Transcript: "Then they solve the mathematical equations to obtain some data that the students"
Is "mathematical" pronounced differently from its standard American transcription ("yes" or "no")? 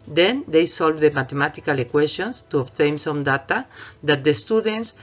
yes